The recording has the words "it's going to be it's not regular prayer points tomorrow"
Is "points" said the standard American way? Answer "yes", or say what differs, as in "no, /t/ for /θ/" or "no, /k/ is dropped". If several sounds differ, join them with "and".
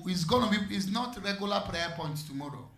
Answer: no, /s/ is dropped